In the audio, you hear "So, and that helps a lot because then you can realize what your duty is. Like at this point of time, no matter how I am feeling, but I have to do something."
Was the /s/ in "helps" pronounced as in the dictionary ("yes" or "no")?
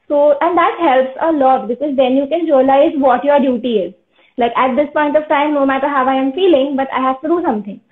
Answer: yes